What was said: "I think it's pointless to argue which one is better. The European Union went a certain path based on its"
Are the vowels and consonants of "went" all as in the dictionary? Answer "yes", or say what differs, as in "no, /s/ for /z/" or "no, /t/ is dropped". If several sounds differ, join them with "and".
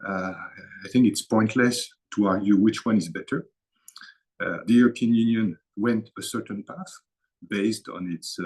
yes